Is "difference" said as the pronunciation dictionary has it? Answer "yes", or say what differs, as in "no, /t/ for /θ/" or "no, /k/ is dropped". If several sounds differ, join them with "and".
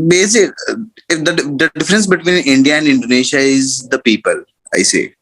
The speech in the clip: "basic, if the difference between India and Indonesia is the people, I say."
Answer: yes